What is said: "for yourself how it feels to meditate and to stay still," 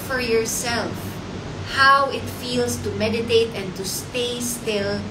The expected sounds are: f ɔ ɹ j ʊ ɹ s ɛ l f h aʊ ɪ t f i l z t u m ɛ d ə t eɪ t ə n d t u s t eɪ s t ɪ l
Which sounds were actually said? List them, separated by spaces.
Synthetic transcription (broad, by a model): f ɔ ɹ j ʊ ɹ s ɛ l f h aʊ ɪ t f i l s t u m ɛ d ə t eɪ t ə n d t u s t eɪ s t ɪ l